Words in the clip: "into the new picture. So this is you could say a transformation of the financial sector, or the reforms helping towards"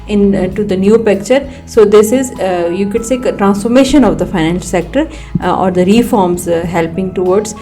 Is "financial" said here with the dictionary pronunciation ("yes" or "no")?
no